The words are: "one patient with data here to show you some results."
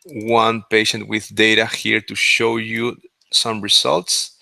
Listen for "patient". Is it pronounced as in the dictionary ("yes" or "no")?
yes